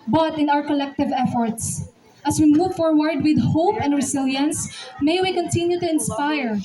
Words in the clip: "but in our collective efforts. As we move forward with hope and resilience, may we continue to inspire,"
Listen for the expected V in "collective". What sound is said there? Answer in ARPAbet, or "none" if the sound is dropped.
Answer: V